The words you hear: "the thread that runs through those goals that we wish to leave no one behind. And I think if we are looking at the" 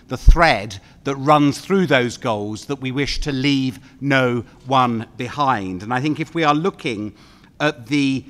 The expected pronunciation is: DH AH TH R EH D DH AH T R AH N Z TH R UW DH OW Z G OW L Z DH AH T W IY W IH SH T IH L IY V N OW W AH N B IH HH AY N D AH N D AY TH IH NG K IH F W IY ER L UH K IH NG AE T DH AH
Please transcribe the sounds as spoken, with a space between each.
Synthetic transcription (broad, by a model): DH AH TH R EH D DH AH T R AH N Z TH R UW DH OW Z G OW L Z DH AH T W IY W IH SH T IH L IY V N OW W AH N B IH HH AY N D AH N AY TH IH NG K IH F W IY ER L UH K IH NG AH T DH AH